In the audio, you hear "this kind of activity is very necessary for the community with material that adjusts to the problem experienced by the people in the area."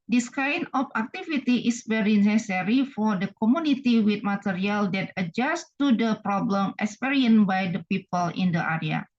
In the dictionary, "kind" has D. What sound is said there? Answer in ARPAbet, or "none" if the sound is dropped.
none